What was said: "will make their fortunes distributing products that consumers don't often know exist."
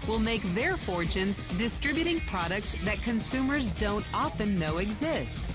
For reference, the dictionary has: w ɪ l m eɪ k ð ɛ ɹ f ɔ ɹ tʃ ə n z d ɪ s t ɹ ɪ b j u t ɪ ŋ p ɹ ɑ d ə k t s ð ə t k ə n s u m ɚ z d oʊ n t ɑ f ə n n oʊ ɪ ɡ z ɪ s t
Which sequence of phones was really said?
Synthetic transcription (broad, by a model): w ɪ l m eɪ k ð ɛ ɹ f ɔ ɹ tʃ ə n z d ɪ s t ɹ ɪ b j u t ɪ ŋ p ɹ ɑ d ə k t s ð ə t k ə n s u m ɚ z d oʊ n t ɑ f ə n n oʊ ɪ ɡ z ɪ s t